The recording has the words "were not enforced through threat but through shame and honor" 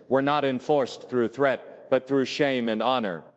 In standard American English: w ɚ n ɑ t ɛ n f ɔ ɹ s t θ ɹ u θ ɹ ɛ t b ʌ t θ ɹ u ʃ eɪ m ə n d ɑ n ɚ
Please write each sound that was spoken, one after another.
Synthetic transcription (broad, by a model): w ɚ n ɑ t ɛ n f ɔ ɹ s θ ɹ u θ ɹ ɛ t b ʌ t θ ɹ u ʃ eɪ m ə n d ɑ n ɚ